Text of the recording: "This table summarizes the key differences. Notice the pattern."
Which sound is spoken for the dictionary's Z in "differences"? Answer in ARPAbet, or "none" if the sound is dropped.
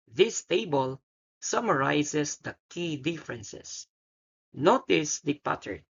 S